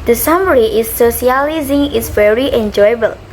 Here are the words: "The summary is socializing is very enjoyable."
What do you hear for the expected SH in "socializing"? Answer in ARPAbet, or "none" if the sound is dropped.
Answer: S